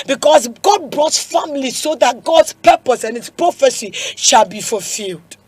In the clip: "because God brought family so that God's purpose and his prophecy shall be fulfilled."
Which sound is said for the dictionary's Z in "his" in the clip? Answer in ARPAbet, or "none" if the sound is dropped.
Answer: S